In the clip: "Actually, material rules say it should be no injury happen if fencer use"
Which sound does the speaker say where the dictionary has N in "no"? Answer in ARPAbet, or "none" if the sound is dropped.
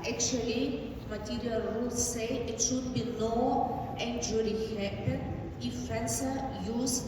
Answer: L